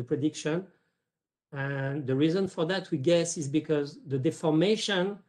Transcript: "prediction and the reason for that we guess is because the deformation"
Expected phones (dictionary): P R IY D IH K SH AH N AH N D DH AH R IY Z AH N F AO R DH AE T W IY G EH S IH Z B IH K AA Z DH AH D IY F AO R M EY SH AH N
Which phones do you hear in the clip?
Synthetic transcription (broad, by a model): P R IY D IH K SH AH N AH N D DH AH R IY Z AH N F AO R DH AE T W IY G EH S IH Z B IH K AA Z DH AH D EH F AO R M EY SH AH N